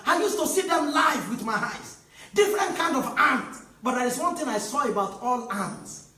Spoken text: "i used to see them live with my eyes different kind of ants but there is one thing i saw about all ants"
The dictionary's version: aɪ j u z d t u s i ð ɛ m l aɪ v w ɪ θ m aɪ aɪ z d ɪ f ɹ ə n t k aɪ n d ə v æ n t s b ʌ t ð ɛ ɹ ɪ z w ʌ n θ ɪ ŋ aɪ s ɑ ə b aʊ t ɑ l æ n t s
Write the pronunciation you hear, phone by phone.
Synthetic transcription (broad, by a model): aɪ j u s t u s i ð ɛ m l aɪ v w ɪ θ m aɪ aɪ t d ɪ f ɹ ə n t k aɪ n d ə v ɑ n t b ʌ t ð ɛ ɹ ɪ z w ʌ n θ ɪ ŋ aɪ s ɑ ə b aʊ t ɑ l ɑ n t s